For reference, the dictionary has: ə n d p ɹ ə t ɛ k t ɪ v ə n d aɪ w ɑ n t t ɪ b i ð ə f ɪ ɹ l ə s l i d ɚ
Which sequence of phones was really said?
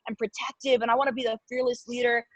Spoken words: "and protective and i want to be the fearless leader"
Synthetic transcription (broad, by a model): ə n p ɹ ə t ɛ k t ɪ v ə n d aɪ w ɑ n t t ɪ b i ð ə f ɪ ɹ l ə s l i d ɚ